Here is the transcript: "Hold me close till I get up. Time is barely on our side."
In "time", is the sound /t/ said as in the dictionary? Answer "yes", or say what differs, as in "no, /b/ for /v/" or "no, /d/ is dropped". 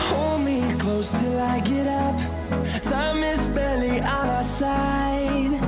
no, /s/ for /t/